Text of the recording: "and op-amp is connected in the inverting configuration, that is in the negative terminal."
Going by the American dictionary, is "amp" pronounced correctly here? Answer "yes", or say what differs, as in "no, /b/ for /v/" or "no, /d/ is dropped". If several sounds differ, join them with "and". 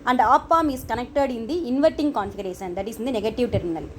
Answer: no, /p/ is dropped